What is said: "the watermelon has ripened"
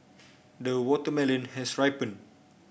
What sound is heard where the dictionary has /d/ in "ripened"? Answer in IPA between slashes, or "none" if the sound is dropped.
none